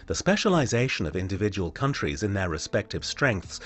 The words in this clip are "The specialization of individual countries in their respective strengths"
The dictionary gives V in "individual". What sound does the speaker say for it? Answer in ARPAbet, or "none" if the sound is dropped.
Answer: V